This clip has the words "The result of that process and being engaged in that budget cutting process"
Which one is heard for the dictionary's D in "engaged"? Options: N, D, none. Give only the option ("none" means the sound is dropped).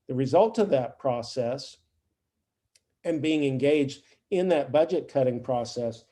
D